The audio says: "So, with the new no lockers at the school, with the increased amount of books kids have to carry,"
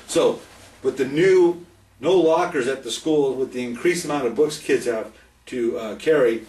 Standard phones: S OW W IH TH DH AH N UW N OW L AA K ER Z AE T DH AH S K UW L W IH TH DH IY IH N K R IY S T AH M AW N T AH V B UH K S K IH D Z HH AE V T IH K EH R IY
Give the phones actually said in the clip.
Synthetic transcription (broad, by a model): S OW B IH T DH AH N UW N OW L AA K ER Z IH T DH AH S K UW L W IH DH IY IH N K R IY S AH M AW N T AH V B UH K S K IH D Z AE T IH K EH R IY